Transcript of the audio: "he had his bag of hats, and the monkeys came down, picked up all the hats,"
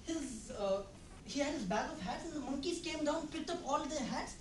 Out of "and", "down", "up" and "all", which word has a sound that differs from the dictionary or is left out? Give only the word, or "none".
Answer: none